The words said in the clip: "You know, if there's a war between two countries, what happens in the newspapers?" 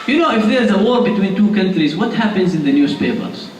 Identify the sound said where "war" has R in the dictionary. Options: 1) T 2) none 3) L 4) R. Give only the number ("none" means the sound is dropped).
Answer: 4